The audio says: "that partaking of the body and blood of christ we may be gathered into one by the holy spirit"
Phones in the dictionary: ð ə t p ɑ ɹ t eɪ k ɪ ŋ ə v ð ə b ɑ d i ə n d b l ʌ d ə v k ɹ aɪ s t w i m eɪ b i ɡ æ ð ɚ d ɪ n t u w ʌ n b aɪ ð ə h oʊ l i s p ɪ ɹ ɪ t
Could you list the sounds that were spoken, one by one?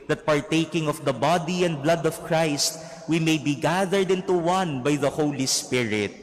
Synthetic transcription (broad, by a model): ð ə t p ɑ ɹ t eɪ k ɪ ŋ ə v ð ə b ɑ d i ə n d b l ʌ d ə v k ɹ aɪ s t w i m eɪ b i ɡ æ ð ɚ d ɪ n t u w ʌ n b aɪ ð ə h oʊ l i s p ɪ ɹ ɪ t